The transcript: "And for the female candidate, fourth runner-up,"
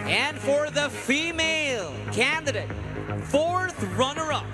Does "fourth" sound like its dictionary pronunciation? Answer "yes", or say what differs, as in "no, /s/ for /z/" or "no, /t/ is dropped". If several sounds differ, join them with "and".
yes